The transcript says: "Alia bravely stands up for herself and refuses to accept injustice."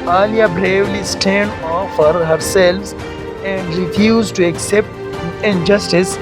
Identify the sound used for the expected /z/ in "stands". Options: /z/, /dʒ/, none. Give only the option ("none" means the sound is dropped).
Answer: none